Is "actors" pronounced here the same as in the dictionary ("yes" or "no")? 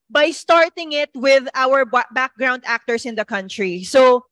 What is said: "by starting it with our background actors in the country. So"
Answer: no